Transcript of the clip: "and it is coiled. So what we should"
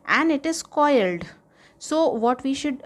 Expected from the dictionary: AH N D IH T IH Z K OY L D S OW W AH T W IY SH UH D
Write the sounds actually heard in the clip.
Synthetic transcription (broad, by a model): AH N D IH T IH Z K OY L D S OW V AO T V IY SH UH D